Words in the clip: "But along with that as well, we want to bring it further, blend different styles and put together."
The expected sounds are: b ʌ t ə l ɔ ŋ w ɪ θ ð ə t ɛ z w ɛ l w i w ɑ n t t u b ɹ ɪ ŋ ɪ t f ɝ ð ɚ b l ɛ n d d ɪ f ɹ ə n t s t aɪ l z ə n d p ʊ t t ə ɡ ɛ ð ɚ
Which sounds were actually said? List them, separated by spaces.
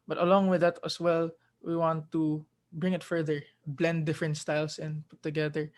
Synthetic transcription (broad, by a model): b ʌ t ə l ɔ ŋ w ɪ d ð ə t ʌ s w ɛ l w i w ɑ n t t u b ɹ ɪ ŋ ɪ t f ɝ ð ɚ b l ɛ n d d ɪ f ɹ ə n t s t aɪ l s ə n d p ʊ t t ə ɡ ɛ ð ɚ